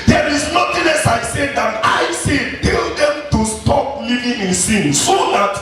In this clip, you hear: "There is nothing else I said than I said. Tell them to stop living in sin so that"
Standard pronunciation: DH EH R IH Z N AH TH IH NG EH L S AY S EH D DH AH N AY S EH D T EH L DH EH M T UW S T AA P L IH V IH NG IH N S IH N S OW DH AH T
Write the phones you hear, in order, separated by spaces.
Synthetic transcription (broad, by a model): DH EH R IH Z N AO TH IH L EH S AY S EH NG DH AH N AY S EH T EH L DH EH M T UW S T AA P L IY V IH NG IH N S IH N S OW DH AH T